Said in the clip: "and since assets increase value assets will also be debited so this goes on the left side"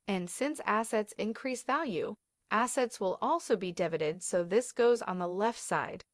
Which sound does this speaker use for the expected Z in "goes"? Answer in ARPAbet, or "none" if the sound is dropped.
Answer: Z